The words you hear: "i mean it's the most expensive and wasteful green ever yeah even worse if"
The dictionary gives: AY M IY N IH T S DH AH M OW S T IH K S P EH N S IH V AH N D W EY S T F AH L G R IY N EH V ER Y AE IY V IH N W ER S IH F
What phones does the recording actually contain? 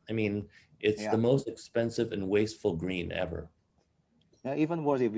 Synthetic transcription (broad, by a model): AY M IY N IH T S DH AH M OW S T IH K S P EH N S IH V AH N W EY S T F L G R IY N EH V ER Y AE IY V IH N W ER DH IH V